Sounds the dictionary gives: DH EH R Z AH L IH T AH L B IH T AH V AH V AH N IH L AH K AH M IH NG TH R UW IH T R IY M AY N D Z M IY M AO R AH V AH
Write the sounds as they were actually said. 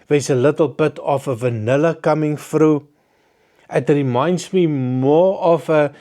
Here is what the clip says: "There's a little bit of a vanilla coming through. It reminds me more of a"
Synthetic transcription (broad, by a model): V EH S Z AH L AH T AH L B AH T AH F AH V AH N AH L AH K AH M IH NG F R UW IH T R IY M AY N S M IY M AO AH F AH